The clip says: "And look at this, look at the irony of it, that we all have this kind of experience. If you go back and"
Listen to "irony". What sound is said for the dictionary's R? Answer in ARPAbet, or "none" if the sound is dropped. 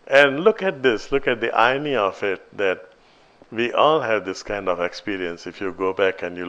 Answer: none